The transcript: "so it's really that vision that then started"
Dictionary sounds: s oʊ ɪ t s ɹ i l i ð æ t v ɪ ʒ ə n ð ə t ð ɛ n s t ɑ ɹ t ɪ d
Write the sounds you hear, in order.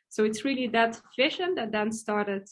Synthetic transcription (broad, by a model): s oʊ ɪ t s ɹ i l i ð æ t f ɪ ʃ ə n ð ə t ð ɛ n s t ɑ ɹ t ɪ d